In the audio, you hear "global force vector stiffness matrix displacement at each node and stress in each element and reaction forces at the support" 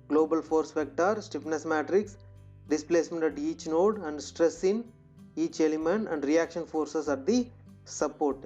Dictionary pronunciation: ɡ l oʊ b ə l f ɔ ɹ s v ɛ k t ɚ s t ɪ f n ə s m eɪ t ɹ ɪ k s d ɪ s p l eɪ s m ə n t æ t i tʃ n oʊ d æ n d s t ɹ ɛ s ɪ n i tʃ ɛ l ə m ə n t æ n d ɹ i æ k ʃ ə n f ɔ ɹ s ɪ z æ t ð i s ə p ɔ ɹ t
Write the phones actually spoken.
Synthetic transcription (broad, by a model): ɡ l oʊ b ə l f ɔ ɹ s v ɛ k t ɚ s t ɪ p n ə s m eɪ t ɹ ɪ k s d ɪ s p l eɪ s m ə n t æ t i tʃ n oʊ d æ n d s t ɹ ɛ s ɪ n i tʃ ɛ l ə m ə n t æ n d ɹ i æ k ʃ ə n f ɔ ɹ s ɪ s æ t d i s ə p ɔ ɹ t